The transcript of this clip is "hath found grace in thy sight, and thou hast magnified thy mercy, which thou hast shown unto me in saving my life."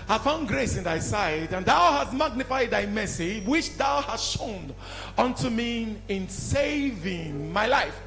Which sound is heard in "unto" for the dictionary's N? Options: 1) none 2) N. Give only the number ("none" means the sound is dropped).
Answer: 2